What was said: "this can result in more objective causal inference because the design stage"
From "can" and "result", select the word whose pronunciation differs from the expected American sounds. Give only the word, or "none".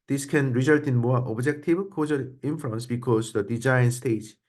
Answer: none